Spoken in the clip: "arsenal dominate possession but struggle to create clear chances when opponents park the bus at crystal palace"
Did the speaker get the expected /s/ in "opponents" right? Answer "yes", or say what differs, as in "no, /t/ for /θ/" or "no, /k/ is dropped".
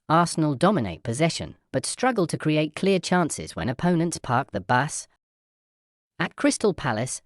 yes